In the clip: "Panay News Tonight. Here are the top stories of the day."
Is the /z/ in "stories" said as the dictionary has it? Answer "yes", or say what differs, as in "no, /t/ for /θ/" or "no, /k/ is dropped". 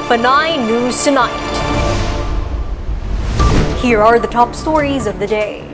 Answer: yes